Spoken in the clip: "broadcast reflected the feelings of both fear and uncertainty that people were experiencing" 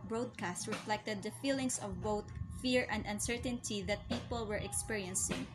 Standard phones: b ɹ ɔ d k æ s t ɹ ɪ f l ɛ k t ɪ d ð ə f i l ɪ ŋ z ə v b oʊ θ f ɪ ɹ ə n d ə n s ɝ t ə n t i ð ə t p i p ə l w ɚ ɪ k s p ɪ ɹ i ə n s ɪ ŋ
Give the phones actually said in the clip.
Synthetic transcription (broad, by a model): b ɹ ɔ d k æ s t ɹ ɪ f l ɛ k t ɪ d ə f i l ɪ ŋ s ə v b oʊ t f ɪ ɹ ə n d ə n s ɝ t ə n t i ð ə t p i p ə l w ɚ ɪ k s p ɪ ɹ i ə n s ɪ ŋ